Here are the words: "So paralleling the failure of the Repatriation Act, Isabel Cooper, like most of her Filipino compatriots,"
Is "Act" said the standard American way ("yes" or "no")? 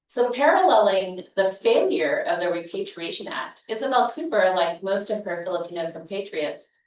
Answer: yes